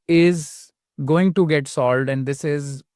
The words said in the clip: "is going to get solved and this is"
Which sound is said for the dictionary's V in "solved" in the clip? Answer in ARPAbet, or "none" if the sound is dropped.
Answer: none